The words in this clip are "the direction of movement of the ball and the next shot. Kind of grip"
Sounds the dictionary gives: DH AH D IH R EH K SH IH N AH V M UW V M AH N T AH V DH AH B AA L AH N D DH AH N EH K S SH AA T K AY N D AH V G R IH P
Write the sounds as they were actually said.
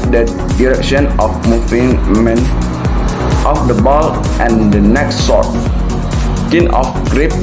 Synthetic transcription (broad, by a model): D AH D IH R EH K SH IH N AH F M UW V M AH N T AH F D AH B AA L AH N D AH N EH K S S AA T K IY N AH F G R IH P